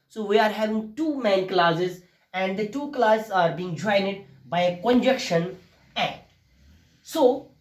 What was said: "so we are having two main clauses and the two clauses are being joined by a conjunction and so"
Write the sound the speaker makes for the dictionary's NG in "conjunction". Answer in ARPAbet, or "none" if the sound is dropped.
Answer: none